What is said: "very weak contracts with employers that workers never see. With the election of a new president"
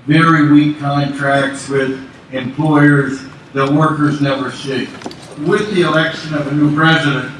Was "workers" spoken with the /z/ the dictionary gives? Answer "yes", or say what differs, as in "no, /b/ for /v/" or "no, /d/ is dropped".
yes